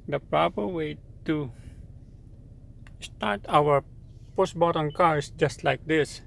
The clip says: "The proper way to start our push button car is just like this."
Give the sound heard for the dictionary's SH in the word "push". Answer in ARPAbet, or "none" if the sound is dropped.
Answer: S